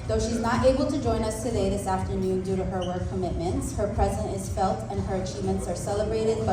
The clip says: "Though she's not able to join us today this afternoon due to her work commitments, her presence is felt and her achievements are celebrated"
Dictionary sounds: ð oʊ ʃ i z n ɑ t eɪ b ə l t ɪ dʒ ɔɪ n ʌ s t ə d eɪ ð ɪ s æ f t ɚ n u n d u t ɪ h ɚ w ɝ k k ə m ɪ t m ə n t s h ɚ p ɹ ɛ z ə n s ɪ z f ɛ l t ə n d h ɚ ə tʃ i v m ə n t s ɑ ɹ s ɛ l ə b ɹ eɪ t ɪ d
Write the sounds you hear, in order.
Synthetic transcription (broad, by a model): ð oʊ ʃ i z n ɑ t eɪ b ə l t ɪ dʒ ɔɪ n ʌ s t ə d eɪ ð ɪ s æ f t ɚ n u n d u t ɪ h ɚ w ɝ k k ə m ɪ t m ə n t s h ɚ p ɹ ɛ z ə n ɪ z f ɛ l t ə n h ɚ ə tʃ i v m ə n t s ɑ ɹ s ɛ l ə b ɹ eɪ t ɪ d